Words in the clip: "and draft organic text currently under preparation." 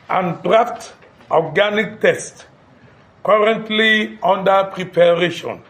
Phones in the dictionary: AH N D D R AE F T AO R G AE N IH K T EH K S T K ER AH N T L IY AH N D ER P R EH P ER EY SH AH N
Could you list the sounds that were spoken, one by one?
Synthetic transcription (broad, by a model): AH N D D R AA F T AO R G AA N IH K T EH S T K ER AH N T L IY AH N D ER P R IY P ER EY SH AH N